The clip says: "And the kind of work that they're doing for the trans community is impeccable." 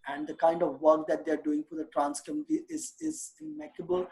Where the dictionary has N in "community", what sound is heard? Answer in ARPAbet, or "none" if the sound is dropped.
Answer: none